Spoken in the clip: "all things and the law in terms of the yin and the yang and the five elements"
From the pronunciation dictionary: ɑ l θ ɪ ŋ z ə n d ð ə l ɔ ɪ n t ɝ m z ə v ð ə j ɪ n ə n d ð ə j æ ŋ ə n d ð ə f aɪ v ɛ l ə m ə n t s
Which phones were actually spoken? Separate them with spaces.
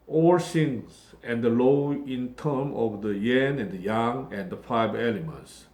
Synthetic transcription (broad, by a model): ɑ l s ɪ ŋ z ə n d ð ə l ɔ ɪ n t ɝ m ə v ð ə j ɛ n ə n d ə j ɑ ŋ ə n d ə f aɪ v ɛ l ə m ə n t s